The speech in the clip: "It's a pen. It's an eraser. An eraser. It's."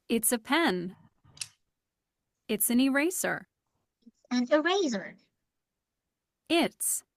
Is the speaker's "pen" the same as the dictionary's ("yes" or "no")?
yes